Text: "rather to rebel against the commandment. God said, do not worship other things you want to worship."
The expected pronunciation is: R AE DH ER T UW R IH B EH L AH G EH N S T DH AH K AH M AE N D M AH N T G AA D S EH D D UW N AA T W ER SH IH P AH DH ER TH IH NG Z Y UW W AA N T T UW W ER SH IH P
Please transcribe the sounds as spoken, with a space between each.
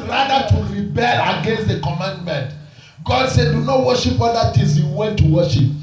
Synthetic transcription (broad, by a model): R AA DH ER T UW R IH B EH L AH G EH N S T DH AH K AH M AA N D M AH N T G AA D S EH D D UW N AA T W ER SH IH P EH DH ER T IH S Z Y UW W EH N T T UW W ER SH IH P